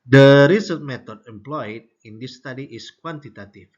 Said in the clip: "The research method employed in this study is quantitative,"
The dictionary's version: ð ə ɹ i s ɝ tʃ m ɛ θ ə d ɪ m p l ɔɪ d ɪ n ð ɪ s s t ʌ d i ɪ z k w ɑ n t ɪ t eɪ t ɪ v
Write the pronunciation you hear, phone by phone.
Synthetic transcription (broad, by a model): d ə ɹ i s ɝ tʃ m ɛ t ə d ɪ m p l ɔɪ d ɪ n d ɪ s s t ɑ d i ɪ s k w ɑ n t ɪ t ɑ t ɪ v